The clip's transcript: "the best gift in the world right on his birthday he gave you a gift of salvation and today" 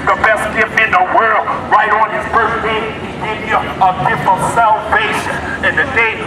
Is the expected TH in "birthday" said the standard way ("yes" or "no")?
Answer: no